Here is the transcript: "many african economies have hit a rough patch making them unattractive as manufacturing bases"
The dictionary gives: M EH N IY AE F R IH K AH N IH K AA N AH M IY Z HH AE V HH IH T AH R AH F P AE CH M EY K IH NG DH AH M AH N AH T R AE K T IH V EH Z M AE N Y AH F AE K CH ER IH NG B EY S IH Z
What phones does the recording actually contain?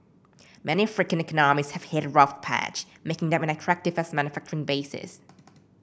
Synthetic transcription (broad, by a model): M EH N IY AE F R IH K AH N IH K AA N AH M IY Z HH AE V HH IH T R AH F P AE CH M EY K IH NG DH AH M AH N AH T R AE K T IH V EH S M AE N Y AH F AE K CH ER IH NG B EY S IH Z